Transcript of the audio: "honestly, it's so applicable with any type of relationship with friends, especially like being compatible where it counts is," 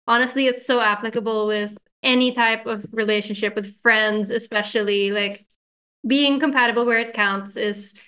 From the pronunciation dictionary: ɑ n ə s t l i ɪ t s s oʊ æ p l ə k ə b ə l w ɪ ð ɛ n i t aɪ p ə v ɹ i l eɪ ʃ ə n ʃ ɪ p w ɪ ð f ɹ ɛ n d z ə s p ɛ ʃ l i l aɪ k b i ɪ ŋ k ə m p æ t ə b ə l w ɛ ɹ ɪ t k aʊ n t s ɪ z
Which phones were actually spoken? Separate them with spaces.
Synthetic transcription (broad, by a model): ɑ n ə s t l i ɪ t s s oʊ æ p l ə k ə b l w ɪ ð ɛ n i t aɪ p ə v ɹ i l eɪ ʃ ə n ʃ ɪ p w ɪ ð f ɹ ɛ n d z ə s p ɛ ʃ l i l aɪ k b i ɪ ŋ k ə m p æ t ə b l w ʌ ɹ ɪ t k aʊ n t s ɪ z